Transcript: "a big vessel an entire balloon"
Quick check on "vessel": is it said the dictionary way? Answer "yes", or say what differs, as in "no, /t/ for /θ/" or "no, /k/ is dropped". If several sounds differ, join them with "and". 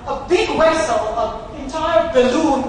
no, /w/ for /v/